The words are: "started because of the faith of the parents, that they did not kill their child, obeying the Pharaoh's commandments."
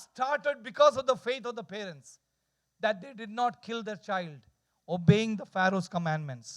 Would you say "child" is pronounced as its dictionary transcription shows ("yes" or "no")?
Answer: yes